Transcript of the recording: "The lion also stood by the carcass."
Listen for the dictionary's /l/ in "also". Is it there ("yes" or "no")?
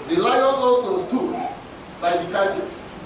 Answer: no